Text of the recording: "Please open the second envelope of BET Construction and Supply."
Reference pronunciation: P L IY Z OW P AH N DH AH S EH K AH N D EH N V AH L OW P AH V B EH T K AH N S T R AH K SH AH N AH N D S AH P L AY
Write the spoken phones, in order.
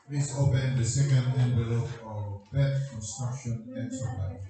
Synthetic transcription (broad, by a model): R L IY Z OW P AH N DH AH S EH K AH N D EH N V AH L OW AH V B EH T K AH N S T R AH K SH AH N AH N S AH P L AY